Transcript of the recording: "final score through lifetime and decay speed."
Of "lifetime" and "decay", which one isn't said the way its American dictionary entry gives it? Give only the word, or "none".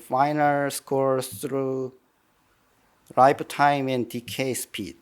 lifetime